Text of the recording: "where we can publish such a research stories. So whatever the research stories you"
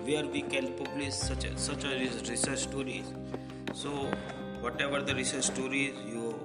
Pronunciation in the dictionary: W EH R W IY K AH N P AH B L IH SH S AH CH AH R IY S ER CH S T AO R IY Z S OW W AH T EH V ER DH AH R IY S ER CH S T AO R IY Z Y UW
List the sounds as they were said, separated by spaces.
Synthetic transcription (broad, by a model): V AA R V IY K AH L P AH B L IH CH S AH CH AH R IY S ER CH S T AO R IY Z S OW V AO T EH V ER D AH R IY S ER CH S T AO R IY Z Y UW